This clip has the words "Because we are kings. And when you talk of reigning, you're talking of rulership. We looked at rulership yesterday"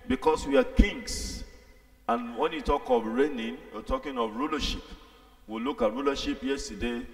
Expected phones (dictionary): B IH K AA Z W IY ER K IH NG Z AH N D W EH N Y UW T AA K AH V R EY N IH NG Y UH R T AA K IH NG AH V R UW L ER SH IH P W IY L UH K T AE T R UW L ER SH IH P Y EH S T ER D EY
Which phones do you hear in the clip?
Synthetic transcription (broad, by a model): B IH K AA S W IY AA K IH NG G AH N W EH N Y UW T AA K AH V R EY N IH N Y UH T AA K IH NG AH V R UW L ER SH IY P W IY L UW K AA T R UW L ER SH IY P Y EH S T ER D EY